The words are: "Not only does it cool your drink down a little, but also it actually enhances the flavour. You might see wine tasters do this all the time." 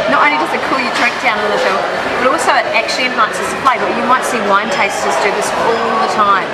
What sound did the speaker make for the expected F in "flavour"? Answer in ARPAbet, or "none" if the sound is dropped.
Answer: P